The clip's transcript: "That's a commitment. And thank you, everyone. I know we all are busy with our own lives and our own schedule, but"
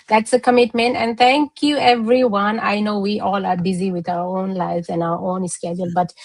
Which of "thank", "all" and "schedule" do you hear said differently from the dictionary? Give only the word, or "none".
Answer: thank